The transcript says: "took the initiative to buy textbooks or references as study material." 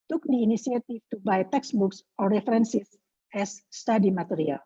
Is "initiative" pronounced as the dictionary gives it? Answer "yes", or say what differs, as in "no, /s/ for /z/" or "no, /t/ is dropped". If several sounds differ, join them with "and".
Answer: no, /s/ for /ʃ/ and /f/ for /v/